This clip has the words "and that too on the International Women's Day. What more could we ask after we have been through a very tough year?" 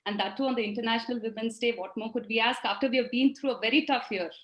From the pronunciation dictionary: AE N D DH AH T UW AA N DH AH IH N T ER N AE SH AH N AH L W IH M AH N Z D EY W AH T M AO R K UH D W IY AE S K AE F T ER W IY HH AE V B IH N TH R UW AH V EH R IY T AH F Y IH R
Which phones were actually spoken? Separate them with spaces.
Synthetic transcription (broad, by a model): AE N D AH T UW AA N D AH IH N T ER N AE SH AH N AH L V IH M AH N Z D EY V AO T M AO R K UH D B IY AE S K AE F T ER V IY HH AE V B IH N T R UW AH V EH R IY T AH F Y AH R